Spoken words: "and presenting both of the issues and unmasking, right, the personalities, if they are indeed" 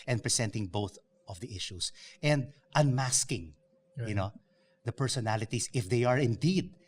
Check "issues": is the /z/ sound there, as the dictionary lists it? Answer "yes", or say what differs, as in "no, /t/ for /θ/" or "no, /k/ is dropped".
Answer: no, /s/ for /z/